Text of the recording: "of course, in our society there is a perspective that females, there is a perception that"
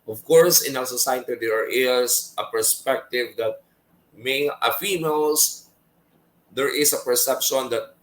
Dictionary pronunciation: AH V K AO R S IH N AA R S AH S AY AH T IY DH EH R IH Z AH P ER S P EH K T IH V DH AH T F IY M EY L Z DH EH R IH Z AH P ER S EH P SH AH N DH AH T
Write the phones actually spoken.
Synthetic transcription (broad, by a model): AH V K AO R S IH N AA L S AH S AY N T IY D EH R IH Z AH P ER S P EH K T IH V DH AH T F IY M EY L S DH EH R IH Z AH P ER S EH P SH AH N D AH T